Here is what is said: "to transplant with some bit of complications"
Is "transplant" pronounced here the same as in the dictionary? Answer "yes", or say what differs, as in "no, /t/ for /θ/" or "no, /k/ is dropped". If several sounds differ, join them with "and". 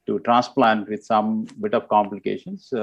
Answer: yes